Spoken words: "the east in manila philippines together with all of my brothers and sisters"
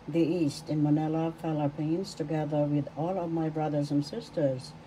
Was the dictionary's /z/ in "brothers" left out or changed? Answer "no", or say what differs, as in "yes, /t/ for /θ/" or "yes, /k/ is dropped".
no